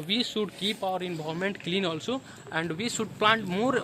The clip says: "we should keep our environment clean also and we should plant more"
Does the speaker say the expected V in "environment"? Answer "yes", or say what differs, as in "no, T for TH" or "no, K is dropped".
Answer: no, B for V